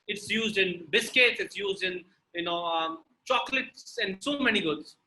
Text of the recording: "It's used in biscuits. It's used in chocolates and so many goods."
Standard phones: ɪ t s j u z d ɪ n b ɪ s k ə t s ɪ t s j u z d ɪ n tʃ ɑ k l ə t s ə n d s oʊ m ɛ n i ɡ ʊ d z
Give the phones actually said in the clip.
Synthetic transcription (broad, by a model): ɪ t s j u z d ɪ n b ɪ s k ə t s ɪ t s j u z d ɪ n tʃ ɑ k l ə t s ə n d s oʊ m ɛ n i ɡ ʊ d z